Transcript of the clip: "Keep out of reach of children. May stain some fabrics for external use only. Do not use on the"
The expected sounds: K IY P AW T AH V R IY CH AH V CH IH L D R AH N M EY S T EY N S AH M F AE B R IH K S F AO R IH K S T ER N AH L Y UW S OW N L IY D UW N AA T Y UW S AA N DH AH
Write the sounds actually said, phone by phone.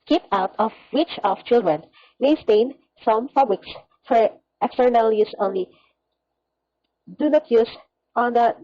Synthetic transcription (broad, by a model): K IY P AW T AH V W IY CH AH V CH IH L D R AH N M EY S T EY N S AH M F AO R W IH K S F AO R IH K S T ER N AH L Y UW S OW N L IY D UW N AA T Y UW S AA N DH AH